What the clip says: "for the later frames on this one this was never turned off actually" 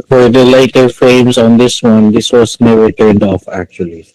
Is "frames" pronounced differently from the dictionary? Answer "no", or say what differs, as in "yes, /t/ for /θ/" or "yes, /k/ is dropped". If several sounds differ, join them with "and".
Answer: no